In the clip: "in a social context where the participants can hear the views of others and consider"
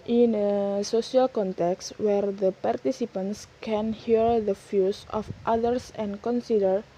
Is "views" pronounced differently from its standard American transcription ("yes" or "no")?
yes